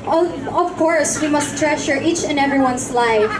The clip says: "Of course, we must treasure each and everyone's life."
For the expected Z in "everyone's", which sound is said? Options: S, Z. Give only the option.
S